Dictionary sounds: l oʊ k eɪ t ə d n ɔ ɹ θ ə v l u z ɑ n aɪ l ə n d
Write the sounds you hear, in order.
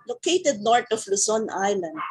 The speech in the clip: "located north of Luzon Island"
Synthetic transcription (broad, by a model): l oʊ k eɪ t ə d n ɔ ɹ t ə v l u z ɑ n aɪ l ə n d